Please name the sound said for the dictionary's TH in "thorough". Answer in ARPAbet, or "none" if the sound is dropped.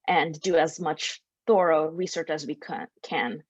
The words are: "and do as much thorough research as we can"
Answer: TH